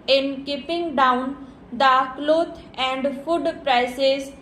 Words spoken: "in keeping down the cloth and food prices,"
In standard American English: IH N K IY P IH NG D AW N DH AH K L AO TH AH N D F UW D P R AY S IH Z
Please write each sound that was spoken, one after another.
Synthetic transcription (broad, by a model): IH N K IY P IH NG D AW N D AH K L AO T AH N D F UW D P R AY S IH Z